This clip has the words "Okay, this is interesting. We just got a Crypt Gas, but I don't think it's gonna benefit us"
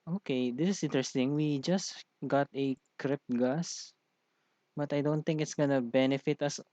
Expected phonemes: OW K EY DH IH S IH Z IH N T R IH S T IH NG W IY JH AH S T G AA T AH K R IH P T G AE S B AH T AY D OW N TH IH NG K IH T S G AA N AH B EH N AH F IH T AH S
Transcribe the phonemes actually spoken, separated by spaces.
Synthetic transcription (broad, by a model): OW K EY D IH S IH S IH N T R IH S T IH NG W IY JH AH S T G AA T AH K R IH P T G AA S B AH T AY D OW N T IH NG K IH T S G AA N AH B EH N AH F IH T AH S